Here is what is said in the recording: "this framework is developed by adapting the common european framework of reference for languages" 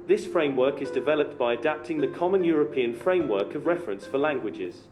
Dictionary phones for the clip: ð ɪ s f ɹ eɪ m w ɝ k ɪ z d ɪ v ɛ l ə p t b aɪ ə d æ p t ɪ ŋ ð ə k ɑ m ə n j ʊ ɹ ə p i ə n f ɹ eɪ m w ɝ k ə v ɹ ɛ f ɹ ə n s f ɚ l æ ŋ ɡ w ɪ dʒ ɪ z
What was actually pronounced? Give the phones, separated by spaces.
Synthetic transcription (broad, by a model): ð ɪ s f ɹ eɪ m w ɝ k ɪ z d ɪ v ɛ l ə p t b aɪ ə d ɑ p t ɪ ŋ ð ə k ɑ m ə n j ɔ ɹ ə p i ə n f ɹ eɪ m w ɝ k ə v ɹ ɛ f ɹ ə n s f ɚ l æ ŋ ɡ w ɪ dʒ ɪ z